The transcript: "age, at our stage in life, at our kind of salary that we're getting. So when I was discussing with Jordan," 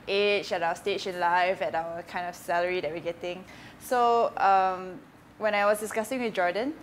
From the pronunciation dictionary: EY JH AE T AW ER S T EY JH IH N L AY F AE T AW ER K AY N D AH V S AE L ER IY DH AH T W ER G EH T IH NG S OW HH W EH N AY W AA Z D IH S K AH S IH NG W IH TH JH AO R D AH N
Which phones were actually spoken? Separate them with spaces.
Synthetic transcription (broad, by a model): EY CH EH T AW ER S T EY SH IH N L AY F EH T AW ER K AY N D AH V S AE L ER IY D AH T W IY G EH T IH NG S OW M W EH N AY W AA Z D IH S K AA S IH NG W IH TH JH AO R D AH N